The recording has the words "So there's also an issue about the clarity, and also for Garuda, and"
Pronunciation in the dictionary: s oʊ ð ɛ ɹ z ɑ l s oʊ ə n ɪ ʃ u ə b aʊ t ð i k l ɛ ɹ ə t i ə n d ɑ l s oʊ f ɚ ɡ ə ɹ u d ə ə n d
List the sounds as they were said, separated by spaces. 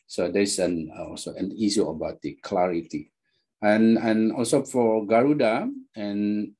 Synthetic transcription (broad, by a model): s oʊ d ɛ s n ɑ l s oʊ ə n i s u ə b aʊ t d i k l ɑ ɹ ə t i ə n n ɑ l s oʊ f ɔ ɡ ə ɹ u d ə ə n